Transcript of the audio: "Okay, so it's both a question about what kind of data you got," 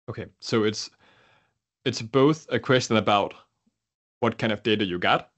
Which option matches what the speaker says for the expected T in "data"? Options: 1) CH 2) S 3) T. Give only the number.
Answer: 3